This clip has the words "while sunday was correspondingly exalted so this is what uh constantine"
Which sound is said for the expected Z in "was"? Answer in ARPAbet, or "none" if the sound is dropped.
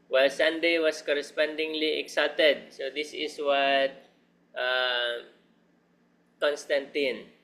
S